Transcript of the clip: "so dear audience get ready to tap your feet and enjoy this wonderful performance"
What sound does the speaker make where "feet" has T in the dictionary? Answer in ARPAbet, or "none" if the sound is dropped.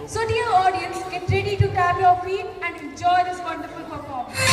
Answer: none